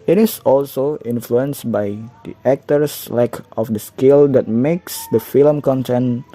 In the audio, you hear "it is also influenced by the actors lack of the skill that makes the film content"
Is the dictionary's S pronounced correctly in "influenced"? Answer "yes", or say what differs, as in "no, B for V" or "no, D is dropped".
yes